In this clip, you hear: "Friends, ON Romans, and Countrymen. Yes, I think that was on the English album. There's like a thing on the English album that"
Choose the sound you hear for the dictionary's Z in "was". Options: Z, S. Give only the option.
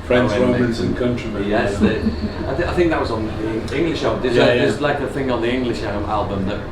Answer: Z